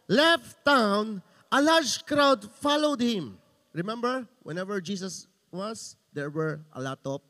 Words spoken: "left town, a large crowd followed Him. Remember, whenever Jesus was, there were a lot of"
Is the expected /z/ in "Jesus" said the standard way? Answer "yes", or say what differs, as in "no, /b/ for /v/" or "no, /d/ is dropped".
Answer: no, /s/ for /z/